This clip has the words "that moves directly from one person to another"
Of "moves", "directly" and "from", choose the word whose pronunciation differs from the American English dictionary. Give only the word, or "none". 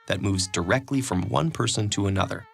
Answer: none